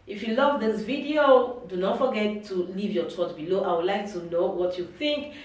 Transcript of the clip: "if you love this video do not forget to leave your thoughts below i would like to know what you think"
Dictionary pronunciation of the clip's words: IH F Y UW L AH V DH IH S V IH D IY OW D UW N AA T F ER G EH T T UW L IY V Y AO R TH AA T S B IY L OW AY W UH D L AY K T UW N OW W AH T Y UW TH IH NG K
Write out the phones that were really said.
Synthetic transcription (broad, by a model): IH F Y UW L AH V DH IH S V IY D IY OW D UW N AA T F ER G EH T T UW L IY V Y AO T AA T B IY L OW AY W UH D L AY K T UW N OW W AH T Y UW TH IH NG K